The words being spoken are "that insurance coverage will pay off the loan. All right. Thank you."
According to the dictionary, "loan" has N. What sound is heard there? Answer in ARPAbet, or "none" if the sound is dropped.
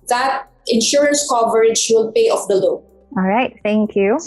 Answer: none